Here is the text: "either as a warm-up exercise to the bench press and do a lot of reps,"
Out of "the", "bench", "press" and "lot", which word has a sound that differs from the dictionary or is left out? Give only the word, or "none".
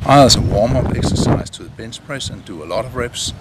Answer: bench